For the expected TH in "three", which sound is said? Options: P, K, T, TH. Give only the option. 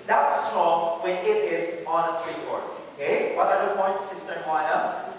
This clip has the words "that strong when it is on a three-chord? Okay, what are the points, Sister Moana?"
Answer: T